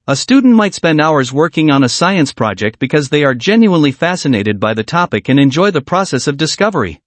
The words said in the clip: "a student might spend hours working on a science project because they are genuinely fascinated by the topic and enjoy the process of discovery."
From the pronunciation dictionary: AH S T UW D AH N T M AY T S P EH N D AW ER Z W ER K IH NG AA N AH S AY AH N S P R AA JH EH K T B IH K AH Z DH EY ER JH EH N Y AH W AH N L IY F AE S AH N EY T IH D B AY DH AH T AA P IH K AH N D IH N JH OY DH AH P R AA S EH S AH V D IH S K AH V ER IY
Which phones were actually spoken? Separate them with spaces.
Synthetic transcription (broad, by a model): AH S T UW D N T M AY T S P EH N D AW ER Z W ER K IH NG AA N AH S AY AH N S P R AA JH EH K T B IH K AH Z DH EY ER JH EH N Y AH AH N L IY F AE S AH N EY T IH D B AY DH AH T AA P IH K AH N IH N JH OY DH AH P R AA S EH S AH V D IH S K AH V ER IY